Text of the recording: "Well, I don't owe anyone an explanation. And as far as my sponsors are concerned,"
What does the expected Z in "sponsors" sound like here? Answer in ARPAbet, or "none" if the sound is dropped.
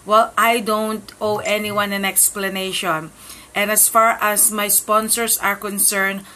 S